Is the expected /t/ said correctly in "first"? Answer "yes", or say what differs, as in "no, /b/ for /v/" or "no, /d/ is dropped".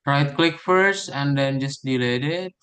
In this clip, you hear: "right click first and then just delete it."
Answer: yes